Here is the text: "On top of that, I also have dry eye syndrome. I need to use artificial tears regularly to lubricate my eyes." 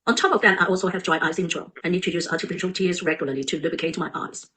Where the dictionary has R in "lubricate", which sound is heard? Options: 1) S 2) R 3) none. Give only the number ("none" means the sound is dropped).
3